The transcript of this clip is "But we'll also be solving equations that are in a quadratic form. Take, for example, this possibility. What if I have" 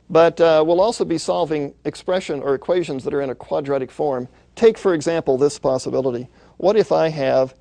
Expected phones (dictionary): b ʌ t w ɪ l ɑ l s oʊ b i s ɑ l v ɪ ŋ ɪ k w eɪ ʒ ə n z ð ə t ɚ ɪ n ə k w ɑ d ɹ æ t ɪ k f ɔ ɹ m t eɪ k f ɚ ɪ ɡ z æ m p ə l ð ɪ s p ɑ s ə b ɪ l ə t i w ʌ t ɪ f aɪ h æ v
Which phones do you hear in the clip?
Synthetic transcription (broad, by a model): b ʌ t w ɪ l ɑ l s oʊ b i s ɑ l v ɪ ŋ ɪ k w eɪ ʒ ə n z ð ə t ɚ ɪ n ə k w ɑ d ɹ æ t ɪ k f ɔ ɹ m t eɪ k f ɚ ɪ ɡ z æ m p l ð ɪ s p ɑ s ə b ɪ l ə t i w ʌ t ɪ f aɪ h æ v